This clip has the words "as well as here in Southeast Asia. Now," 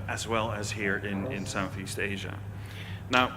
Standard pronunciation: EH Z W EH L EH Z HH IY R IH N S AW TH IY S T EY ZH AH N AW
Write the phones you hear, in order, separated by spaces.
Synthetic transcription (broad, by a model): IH Z W EH L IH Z HH IY R IH N S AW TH IY S T EY ZH AH N AW